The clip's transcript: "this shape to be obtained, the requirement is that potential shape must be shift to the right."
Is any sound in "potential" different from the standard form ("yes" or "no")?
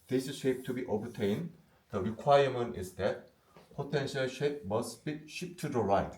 no